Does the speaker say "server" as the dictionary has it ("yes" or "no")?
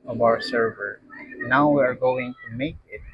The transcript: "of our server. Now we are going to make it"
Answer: yes